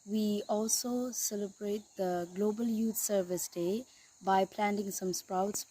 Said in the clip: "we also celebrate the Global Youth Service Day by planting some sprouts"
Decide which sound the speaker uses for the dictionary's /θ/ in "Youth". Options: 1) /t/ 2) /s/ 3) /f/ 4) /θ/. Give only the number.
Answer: 1